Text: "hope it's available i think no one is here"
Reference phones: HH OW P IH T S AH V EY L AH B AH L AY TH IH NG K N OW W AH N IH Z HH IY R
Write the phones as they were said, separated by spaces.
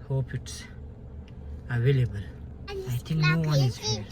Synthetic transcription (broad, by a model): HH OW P IH T S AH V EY L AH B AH L AY T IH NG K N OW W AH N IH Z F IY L